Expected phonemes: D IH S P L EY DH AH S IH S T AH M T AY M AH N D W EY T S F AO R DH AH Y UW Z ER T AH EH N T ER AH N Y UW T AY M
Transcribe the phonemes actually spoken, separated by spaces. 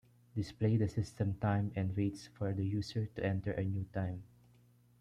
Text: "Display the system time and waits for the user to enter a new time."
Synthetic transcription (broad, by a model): D IH S P L EY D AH S IH S T AH M T AY M AH N D W EY T S F AO R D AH Y UW S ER T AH EH N T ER AH N Y UW T AY M